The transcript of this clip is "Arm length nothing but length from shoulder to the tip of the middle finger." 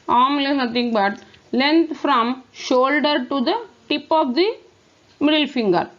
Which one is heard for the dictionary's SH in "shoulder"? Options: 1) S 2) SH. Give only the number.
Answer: 2